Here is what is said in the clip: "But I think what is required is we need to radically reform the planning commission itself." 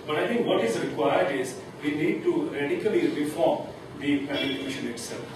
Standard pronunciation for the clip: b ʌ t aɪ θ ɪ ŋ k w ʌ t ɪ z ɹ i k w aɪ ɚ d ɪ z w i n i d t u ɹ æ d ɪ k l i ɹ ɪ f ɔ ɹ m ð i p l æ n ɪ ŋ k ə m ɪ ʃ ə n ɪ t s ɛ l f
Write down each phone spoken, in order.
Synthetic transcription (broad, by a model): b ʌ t aɪ t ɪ ŋ k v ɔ t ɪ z ɹ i k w aɪ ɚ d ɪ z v i n i d t u ɹ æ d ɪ k l i ɹ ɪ f ɔ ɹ m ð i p æ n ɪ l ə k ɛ ʃ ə n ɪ t s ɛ l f